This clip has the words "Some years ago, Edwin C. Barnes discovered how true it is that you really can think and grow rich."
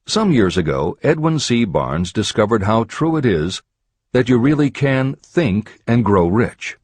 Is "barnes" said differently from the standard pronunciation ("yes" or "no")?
no